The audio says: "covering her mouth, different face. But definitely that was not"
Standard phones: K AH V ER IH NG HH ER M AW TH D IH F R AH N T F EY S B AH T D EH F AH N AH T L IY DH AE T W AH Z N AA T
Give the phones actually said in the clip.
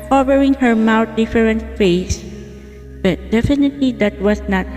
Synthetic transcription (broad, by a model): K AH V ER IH NG HH ER M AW T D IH F R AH N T F EY S B AH T D EH F AH N AH T L IY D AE T W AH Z N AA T